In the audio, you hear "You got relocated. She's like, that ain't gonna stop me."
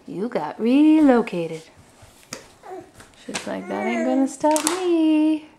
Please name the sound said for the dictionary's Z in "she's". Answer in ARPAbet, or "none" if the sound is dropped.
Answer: S